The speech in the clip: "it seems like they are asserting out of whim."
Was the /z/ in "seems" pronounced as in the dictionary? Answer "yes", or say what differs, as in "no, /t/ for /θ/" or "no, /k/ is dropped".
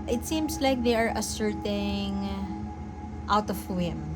no, /s/ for /z/